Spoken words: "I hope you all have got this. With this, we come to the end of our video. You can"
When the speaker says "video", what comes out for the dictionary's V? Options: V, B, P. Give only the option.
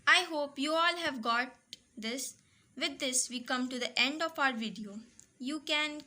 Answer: V